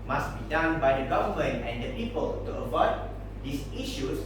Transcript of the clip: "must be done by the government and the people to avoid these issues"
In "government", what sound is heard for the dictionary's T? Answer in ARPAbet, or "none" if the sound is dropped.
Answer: none